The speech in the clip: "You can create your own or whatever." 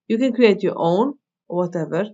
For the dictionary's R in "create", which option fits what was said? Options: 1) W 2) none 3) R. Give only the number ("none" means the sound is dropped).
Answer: 2